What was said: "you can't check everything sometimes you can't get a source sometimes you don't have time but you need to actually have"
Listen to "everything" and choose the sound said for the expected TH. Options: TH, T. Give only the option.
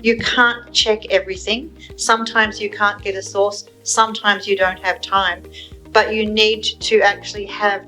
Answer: TH